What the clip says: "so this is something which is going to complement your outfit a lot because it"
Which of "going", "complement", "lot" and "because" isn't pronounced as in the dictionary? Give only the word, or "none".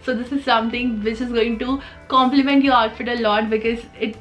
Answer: none